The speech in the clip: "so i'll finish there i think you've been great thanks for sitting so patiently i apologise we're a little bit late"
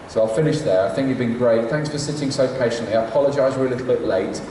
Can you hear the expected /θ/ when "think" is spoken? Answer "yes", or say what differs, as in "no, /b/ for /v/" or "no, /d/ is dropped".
yes